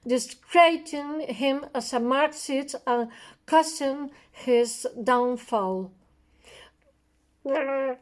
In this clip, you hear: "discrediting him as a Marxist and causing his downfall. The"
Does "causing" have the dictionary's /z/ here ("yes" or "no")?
no